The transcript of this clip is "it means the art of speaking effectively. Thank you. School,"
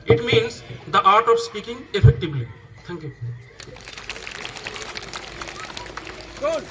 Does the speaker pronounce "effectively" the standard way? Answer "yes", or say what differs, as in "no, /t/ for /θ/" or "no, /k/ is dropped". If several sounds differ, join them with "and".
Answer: no, /b/ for /v/